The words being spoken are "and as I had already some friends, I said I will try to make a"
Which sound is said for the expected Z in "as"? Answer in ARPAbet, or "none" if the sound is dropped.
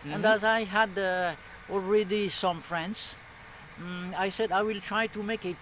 Z